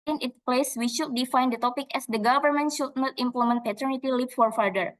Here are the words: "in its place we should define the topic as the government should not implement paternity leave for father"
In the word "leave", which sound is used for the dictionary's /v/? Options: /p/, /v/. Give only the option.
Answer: /p/